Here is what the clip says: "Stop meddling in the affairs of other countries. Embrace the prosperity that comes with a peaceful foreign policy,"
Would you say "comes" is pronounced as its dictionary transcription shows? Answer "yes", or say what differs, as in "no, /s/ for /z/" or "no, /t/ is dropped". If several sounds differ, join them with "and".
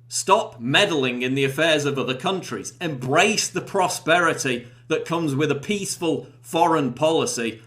yes